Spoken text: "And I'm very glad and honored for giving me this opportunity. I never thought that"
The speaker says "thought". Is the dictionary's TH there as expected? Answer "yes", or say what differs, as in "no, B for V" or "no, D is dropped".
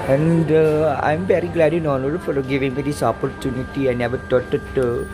no, T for TH